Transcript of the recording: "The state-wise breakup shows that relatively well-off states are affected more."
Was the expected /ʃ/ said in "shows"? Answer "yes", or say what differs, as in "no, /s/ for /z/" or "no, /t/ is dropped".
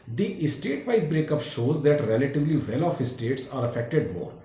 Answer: yes